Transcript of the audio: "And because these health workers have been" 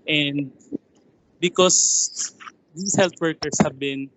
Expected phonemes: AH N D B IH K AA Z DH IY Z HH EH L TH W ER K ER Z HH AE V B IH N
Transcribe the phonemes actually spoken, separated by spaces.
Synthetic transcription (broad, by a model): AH N D B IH K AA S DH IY S HH EH L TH W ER K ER S HH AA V B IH N